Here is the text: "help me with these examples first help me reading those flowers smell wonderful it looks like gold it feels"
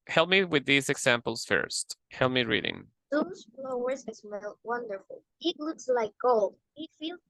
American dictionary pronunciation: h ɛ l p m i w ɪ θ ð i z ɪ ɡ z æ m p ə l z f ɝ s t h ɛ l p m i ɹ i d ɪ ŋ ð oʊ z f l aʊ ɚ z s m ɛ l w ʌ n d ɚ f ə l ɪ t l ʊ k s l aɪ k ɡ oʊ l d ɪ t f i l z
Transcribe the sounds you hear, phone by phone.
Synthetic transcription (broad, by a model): h ɛ l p m i w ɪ ð i z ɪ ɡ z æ m p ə l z f ɝ s t h ɛ l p m i ɹ i d ɪ ŋ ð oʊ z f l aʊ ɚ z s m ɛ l w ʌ n d ɚ f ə l ɪ t l ʊ k s l aɪ k ɡ oʊ l d ɪ t f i l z